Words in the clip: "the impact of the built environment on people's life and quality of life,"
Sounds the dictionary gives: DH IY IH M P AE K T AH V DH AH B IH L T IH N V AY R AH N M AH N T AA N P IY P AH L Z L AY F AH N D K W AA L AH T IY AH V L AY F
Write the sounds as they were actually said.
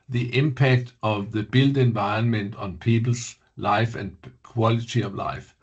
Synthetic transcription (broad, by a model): DH IY IH M P AE K T AH V DH AH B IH L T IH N V AY AH N M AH N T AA N P IY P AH L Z L AY F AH N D K W AA L AH T IY AH V L AY F